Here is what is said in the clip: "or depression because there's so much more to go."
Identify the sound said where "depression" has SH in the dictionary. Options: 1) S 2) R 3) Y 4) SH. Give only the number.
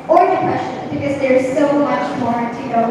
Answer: 1